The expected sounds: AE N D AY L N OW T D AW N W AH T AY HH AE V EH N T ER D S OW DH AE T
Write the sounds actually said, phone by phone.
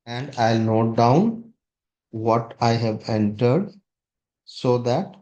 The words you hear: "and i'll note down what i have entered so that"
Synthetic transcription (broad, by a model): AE N D AY L N OW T D AW N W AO T AY HH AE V EH N T ER D S OW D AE T